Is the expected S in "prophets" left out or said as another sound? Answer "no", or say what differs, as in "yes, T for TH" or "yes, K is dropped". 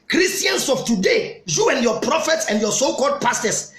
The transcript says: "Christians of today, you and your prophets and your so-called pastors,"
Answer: no